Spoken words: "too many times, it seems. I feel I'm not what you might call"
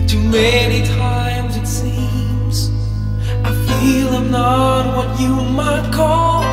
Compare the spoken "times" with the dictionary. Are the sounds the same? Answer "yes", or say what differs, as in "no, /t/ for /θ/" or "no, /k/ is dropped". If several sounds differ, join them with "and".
yes